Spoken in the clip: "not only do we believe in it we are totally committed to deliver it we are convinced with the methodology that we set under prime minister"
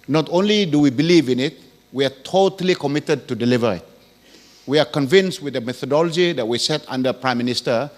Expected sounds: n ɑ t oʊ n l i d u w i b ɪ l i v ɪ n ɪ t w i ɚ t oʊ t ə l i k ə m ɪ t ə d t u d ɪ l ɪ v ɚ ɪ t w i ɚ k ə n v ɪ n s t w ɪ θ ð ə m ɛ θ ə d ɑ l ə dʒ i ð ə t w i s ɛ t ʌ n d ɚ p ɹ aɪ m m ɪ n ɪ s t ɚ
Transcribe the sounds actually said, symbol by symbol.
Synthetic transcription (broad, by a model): n ɑ t oʊ n l i d u w i b ɪ l i v ɪ n ɪ t w i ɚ t oʊ t ə l i k ə m ɪ t ə d t u d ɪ l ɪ v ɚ ɪ t w i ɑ k ə n v ɪ n s t w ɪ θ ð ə m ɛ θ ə d ɑ l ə dʒ i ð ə t w i s ɛ t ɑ n d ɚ p ɹ aɪ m m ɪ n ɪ s t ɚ